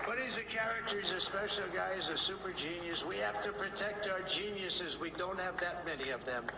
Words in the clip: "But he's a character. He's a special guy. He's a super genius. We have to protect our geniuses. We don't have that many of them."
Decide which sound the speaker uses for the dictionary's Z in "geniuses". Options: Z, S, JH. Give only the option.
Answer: Z